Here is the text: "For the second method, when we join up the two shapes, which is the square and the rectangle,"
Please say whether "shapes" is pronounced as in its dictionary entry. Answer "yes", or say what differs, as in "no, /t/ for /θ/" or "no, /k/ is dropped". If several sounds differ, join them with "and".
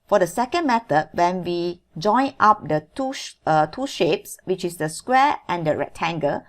yes